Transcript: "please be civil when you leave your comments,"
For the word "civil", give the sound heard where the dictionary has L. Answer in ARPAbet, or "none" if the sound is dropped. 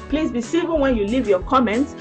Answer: N